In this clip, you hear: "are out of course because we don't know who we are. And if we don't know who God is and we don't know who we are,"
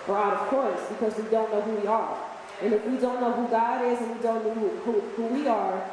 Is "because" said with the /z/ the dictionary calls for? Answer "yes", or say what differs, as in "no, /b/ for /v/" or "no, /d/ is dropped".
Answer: yes